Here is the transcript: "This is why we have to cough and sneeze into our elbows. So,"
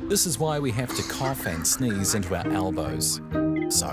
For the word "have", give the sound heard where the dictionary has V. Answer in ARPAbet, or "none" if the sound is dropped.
F